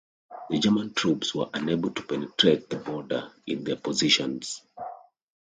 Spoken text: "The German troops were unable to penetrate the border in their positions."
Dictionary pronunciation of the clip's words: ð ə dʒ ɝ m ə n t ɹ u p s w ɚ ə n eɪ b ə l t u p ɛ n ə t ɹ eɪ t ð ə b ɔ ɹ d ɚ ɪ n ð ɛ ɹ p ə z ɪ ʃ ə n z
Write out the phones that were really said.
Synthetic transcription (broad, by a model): ð ə dʒ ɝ m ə n t ɹ u p s w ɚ ə n eɪ b ə l t u p ɛ n ə t ɹ eɪ t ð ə b ɔ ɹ d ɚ ɪ n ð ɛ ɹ p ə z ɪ ʃ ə n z